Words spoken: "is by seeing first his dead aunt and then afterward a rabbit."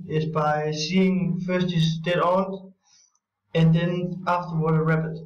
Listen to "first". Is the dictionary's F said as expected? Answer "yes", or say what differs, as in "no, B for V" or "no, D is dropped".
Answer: yes